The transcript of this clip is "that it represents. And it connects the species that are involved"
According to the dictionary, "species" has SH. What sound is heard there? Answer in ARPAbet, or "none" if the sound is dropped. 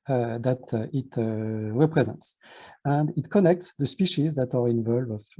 SH